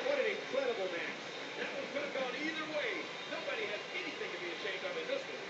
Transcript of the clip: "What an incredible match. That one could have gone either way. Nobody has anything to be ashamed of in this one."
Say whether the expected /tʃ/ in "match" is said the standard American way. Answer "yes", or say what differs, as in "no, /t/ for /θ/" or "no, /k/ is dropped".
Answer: no, /s/ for /tʃ/